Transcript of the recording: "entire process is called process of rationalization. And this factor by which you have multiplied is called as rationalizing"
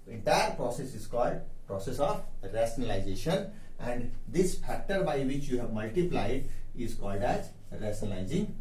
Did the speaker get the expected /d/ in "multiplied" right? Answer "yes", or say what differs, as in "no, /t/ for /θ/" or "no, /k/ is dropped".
yes